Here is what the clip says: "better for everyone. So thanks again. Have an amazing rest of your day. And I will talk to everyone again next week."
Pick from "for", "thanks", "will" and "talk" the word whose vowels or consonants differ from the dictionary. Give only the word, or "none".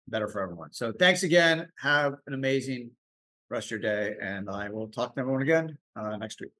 none